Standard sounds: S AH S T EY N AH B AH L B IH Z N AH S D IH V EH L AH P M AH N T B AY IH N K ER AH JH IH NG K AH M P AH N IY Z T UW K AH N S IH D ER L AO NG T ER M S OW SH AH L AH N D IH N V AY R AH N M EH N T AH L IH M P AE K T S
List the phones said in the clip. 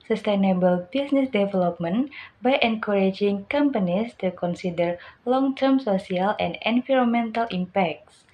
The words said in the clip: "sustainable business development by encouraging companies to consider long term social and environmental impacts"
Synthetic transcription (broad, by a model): S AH S T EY N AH B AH L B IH S N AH S D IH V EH L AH P M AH N B AY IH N K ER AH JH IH NG K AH M P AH N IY S T UW K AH N S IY D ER L AO NG T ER M S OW S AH L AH N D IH N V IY R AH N M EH N T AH L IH M P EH K T S